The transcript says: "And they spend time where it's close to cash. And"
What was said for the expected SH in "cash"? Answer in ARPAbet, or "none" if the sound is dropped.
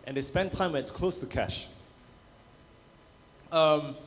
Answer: SH